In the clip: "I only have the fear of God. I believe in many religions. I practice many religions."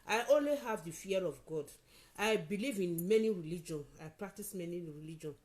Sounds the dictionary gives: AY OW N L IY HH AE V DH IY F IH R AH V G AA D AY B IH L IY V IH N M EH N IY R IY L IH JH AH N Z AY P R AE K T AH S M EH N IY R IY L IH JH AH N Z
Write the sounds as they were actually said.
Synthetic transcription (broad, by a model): AY OW N L IY HH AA V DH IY F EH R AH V G AA D AY B IH L IY V IH N M EH N IY R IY L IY JH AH N AY P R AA K T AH S M EH N IY R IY L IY JH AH N